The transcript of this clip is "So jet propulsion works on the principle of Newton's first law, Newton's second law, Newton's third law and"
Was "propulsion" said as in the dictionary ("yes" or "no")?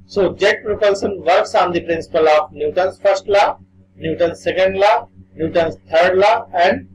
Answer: no